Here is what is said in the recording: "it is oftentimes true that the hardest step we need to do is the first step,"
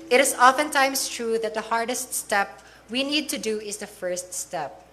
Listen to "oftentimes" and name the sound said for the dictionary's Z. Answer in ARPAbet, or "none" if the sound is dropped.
S